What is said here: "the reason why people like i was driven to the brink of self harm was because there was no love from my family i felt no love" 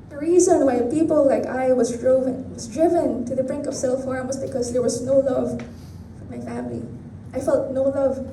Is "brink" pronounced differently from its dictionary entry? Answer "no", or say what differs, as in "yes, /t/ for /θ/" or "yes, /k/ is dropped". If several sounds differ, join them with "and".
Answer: no